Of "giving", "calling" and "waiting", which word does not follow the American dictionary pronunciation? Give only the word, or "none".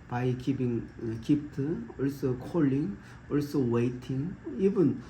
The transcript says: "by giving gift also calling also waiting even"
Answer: giving